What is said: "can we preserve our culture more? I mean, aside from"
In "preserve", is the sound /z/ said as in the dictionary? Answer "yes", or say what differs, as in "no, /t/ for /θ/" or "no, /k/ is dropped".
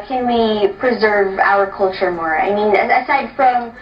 yes